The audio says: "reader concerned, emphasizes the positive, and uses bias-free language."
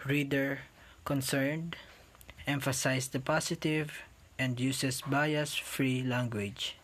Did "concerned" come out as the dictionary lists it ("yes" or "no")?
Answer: yes